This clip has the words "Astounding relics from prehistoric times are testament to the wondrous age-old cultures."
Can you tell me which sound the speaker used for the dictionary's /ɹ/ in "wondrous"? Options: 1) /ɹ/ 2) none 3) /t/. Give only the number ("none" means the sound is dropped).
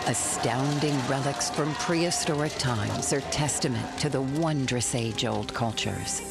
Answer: 1